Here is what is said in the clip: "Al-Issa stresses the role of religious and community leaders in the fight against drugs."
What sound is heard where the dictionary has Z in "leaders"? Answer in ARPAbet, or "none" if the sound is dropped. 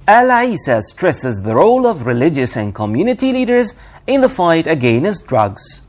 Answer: Z